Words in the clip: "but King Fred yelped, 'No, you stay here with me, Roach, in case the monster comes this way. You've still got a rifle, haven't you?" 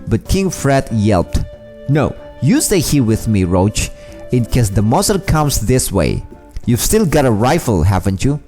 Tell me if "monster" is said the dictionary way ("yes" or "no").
no